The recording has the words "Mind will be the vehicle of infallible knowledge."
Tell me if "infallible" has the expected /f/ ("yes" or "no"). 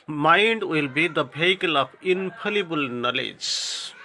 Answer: no